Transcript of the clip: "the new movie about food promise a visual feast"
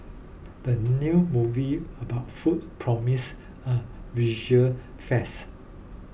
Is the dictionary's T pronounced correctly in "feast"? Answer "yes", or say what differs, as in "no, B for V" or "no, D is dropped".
no, T is dropped